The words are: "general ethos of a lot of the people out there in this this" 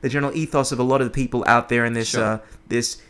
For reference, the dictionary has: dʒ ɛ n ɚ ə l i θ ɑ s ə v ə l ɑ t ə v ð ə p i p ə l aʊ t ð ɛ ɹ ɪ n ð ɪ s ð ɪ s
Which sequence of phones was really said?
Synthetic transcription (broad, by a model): dʒ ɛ n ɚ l i θ ɑ s ə v ə l ɑ t ə v ð ə p i p l aʊ t ð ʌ ɹ ɪ n ð ɪ s ð ɪ s